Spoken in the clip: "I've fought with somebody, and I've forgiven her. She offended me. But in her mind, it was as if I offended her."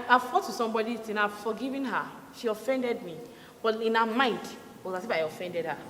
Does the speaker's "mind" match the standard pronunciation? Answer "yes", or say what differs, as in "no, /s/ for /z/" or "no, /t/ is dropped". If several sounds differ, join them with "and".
yes